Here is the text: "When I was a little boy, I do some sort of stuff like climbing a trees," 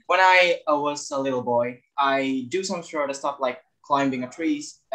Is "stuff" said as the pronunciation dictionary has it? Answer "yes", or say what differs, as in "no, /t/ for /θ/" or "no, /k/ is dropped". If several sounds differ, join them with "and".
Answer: no, /p/ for /f/